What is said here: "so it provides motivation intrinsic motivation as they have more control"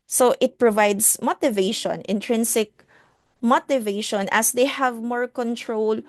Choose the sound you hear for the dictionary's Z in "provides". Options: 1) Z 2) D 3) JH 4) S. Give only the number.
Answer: 4